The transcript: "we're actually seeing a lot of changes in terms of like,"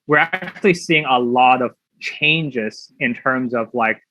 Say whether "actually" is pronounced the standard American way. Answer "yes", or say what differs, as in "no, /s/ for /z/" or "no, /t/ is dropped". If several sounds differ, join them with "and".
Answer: yes